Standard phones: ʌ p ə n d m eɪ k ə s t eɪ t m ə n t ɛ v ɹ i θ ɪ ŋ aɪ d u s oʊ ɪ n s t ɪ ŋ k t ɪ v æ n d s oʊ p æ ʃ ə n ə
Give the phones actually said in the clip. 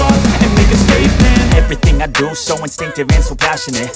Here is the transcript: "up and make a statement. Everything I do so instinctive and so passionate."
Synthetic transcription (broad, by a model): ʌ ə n m eɪ k ə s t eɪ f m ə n ɛ v ɹ i θ ɪ ŋ aɪ d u s oʊ ɪ n s t ɪ ŋ k t ɪ v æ n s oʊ p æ ʃ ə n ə